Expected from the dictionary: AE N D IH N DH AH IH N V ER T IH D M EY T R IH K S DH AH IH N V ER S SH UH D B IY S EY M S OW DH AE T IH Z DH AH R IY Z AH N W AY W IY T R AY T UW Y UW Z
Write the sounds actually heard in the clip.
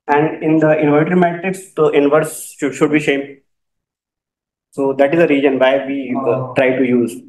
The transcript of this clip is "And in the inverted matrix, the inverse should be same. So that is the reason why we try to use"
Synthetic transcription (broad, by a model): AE N D IH N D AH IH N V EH T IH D M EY T R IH K S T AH IH N V ER S SH UH D B IY SH EY M S OW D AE T IH Z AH R IY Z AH N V AY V IY T R AY T UW Y UW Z